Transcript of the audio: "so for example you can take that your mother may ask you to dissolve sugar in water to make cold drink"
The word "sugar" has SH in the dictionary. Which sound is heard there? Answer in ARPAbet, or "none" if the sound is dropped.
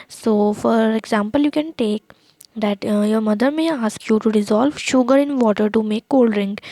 SH